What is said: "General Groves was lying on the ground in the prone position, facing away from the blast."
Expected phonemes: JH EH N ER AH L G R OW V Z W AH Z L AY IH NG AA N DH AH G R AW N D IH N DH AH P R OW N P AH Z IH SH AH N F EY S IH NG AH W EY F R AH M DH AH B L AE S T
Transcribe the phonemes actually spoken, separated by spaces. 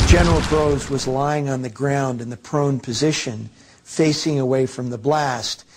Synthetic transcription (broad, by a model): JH EH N ER L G R OW Z W AH Z L AY IH NG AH N DH AH G R AW N D IH N DH AH P R OW N P AH Z IH SH AH N F EY S IH NG AH W EY F R AH M DH AH B L AE S T